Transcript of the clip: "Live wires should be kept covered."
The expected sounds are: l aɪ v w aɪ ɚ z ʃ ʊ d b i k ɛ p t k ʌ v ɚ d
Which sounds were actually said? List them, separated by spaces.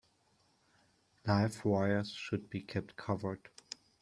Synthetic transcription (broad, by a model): l aɪ f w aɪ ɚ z ʃ ʊ d b i k ɛ p t k ʌ v ɚ d